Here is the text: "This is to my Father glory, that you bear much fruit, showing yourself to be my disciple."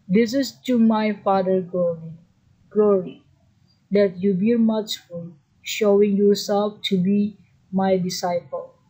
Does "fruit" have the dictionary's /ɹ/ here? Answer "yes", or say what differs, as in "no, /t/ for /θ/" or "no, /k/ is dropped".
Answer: no, /ɹ/ is dropped